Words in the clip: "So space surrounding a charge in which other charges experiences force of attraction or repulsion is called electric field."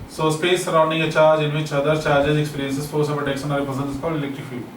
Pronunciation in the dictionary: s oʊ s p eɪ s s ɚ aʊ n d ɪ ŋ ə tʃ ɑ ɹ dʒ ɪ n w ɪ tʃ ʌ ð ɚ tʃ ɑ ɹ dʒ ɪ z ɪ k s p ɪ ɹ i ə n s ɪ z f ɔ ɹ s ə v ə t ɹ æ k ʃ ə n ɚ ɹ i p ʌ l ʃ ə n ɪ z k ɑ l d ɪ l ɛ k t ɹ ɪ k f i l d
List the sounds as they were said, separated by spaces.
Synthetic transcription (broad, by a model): s oʊ s p eɪ s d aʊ n d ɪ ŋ ə tʃ ɑ ɹ dʒ ɪ n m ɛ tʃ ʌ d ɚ tʃ ɑ ɹ dʒ ɪ z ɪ k s p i ɹ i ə n s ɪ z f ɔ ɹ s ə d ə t ɛ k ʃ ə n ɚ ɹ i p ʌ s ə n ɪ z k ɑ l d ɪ l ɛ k t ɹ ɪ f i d